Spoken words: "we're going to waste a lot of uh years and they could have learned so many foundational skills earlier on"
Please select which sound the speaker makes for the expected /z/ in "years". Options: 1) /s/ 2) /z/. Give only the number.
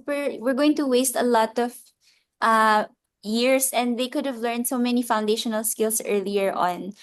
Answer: 1